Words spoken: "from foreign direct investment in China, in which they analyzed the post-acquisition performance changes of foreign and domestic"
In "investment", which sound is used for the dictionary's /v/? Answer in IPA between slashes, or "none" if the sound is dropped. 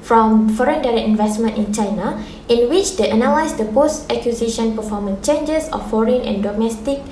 /v/